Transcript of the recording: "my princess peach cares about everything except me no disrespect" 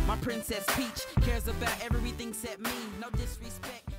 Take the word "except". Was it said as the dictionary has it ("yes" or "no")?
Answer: no